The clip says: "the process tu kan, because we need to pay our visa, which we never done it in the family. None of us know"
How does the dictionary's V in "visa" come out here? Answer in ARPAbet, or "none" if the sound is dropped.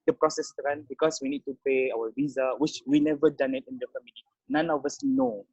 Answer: V